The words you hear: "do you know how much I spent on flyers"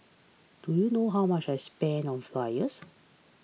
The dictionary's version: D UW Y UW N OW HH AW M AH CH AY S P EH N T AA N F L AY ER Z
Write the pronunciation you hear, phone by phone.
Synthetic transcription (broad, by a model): D UW Y UW N OW HH AW M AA CH AY S P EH N AA N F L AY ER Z